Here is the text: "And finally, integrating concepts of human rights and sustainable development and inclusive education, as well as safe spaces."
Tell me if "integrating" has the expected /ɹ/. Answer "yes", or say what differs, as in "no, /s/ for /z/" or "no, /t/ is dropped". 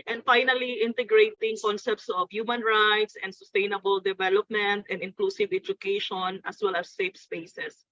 yes